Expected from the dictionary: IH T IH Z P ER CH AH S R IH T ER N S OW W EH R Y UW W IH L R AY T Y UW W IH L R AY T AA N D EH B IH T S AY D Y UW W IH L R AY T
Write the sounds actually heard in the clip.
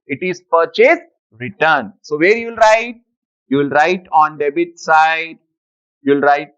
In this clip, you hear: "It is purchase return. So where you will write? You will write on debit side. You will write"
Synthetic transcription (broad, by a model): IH T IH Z P ER CH AH S R IH T ER N S OW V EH R Y UW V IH L R AY T Y UW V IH L R AY T AA N D EH B IH T S AY D Y UW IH L R AY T